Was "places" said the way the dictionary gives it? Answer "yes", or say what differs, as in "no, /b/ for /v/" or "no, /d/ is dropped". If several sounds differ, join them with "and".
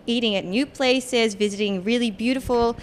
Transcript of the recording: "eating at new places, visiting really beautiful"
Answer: yes